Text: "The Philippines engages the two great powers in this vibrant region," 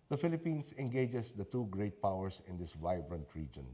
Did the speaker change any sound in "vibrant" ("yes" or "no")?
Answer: no